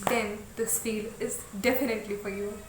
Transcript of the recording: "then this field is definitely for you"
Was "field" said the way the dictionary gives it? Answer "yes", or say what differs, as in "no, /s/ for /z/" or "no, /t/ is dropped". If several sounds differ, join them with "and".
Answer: no, /d/ is dropped